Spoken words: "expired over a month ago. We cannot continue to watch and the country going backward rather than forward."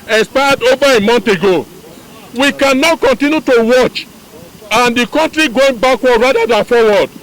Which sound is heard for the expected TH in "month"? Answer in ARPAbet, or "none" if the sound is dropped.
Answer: T